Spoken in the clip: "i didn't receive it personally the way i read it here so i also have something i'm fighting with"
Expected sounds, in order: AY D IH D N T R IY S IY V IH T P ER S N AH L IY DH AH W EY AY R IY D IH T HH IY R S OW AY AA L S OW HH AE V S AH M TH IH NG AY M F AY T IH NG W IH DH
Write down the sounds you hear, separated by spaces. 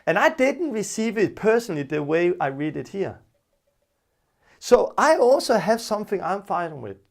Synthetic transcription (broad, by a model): AY D IH D N T R IY S IY V IH T P ER S N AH L IY DH AH W EY AY R IY D IH T HH IY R S OW AY AA L S OW HH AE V S AH M TH IH NG AY M F AY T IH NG W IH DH